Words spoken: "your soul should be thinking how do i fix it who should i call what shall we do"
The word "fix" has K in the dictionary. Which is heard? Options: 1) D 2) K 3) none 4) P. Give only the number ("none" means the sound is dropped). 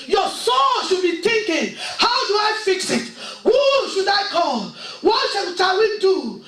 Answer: 2